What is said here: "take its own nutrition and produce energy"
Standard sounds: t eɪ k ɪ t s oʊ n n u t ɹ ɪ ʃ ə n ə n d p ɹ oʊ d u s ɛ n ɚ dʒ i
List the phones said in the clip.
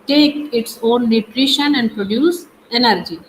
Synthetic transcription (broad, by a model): t eɪ k ɪ t s oʊ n n u t ɹ ɪ ʃ ə n ə n d p ɹ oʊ d u s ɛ n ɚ dʒ i